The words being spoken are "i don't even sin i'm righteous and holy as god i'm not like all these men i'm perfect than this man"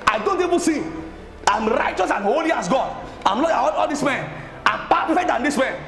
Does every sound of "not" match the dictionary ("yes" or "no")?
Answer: no